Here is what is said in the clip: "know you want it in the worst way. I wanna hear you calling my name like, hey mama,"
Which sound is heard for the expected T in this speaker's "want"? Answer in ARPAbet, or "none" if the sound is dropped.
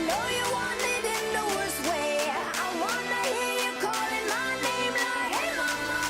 none